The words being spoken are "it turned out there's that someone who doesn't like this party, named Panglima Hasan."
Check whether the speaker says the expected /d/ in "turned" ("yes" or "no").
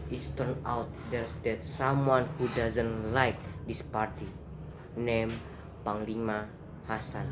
no